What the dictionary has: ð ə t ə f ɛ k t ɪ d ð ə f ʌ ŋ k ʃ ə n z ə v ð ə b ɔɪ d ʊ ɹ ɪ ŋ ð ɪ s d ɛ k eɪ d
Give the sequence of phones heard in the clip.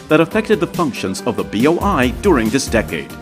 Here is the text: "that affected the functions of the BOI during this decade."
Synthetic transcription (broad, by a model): ð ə t ə f ɛ k t ɪ d ð ə f ʌ ŋ k ʃ ə n z ə v ð ə b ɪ d ʊ ɹ ɪ ŋ ð ɪ s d ɛ k eɪ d